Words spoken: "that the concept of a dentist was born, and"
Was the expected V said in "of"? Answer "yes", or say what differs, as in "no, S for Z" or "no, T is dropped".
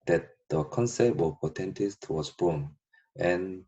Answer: no, P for V